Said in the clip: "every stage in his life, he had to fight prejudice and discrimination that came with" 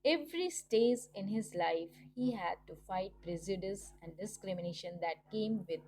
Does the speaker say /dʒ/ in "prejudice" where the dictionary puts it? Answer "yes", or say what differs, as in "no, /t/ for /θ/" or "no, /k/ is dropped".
no, /z/ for /dʒ/